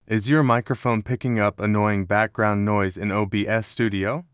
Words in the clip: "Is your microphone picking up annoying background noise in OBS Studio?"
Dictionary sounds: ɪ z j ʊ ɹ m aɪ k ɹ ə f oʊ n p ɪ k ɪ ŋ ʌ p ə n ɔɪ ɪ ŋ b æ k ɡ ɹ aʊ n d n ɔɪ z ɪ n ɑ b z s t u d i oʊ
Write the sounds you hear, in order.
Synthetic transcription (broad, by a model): ɪ z j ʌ ɹ m aɪ k ɹ ə f oʊ n p ɪ k ɪ ŋ ʌ p ə n ɔɪ ɪ ŋ b æ k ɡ ɹ aʊ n n ɔɪ z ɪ n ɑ b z s t u d i oʊ